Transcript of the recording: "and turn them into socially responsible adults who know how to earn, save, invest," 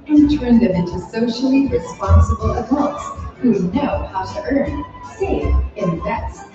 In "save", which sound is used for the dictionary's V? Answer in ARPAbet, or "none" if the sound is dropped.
none